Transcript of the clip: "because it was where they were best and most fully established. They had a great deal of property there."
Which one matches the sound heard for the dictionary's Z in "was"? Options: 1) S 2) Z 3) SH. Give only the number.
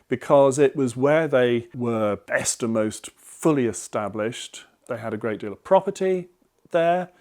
2